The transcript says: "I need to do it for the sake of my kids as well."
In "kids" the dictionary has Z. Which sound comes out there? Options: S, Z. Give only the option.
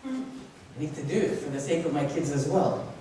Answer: Z